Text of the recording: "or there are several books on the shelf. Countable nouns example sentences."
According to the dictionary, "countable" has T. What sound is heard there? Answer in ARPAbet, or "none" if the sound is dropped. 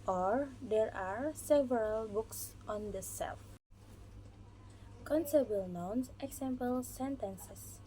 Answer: S